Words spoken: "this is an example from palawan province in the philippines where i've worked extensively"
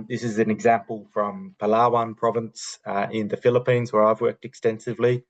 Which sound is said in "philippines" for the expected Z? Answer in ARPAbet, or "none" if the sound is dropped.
Z